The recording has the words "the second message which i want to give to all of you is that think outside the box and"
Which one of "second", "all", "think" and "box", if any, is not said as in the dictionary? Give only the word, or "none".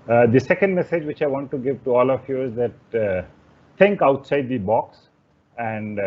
think